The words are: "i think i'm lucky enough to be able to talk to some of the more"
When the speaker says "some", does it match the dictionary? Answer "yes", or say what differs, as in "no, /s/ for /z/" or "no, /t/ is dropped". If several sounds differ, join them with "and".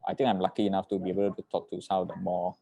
no, /m/ is dropped